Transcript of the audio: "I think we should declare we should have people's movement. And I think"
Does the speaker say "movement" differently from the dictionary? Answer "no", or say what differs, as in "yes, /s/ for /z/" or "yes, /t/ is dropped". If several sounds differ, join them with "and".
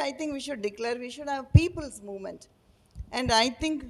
no